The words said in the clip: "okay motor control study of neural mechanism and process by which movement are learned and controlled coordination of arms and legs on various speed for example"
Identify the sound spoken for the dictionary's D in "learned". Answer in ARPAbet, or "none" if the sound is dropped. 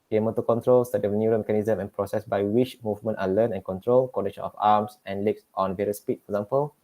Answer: none